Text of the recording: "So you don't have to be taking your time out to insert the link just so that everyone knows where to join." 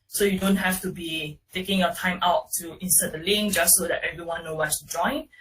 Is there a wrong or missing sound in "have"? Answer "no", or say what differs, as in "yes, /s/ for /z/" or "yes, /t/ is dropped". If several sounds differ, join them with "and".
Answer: yes, /f/ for /v/